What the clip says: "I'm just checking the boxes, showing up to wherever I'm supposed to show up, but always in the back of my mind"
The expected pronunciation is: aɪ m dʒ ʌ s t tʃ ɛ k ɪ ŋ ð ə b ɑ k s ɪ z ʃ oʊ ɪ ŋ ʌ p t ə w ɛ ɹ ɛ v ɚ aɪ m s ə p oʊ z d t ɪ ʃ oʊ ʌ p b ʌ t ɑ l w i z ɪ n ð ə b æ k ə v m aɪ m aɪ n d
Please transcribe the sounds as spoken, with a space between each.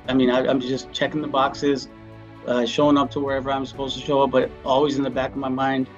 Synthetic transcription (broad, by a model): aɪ m dʒ ʌ s tʃ ɛ k ɪ ŋ ð ə b ɑ k s ɪ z ʃ oʊ ɪ ŋ ʌ p t ə w ɛ ɹ ɛ v ɚ aɪ m s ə p oʊ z t ɪ ʃ oʊ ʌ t b ʌ t ɑ l w i z ɪ n ð ə b æ k ə v m aɪ m aɪ n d